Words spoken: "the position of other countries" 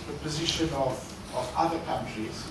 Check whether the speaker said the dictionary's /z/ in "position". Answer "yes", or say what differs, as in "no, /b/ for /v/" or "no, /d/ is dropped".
yes